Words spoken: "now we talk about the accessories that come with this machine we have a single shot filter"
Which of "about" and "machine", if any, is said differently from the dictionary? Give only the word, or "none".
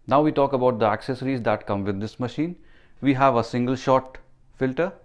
none